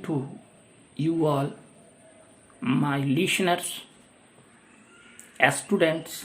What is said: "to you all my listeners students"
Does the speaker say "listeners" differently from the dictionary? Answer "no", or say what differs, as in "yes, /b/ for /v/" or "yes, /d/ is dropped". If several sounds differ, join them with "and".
yes, /ʃ/ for /s/